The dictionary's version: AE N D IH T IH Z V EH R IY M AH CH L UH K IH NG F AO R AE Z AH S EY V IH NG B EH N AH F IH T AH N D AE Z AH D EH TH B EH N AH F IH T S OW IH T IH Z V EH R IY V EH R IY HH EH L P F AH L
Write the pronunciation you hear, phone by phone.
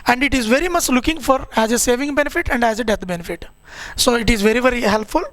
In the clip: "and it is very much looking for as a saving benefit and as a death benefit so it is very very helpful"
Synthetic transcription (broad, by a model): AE N D IH T IH Z V EH R IY M AH CH L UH K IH NG F AO R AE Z AH S EY V IH NG B EH N AH F IH T AH N D AE Z AH D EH T B EH N AH F IH T S OW IH T IH Z V EH R IY V EH R IY HH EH L P F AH L